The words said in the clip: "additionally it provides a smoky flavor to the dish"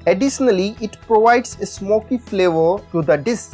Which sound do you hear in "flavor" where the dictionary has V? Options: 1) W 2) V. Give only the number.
2